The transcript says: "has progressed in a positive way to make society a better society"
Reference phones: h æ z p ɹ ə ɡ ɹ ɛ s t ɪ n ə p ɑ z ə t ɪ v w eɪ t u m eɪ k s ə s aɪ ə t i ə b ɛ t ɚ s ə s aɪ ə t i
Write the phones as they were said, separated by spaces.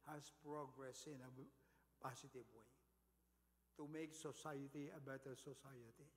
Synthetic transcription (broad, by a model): h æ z p ɹ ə ɡ ɹ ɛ s ɪ n ə p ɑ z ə t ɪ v w eɪ t u m eɪ k s ə s aɪ ə t i ə b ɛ t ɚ s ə s aɪ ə t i